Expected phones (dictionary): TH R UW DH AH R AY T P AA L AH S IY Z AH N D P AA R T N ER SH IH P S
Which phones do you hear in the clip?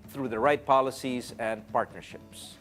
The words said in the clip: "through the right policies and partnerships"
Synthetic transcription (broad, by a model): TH R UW DH AH R AY T P AA L AH S IY Z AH N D P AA R T N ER SH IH P S